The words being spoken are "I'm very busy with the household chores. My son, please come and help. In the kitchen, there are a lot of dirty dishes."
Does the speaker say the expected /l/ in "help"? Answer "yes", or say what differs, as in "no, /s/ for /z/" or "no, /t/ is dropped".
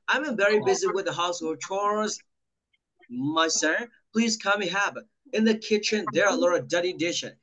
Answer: no, /l/ is dropped